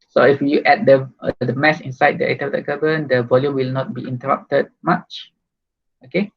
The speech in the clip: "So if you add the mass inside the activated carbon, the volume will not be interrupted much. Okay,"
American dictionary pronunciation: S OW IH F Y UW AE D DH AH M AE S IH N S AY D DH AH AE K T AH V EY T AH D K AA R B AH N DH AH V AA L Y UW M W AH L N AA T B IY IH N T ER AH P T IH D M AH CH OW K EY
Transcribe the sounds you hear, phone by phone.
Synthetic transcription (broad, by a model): S OW IH F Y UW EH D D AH M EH S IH N S AY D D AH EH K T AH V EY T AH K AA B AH N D AH V AA L Y UW M W AH L N AA T B IY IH N T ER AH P T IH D M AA CH OW K EY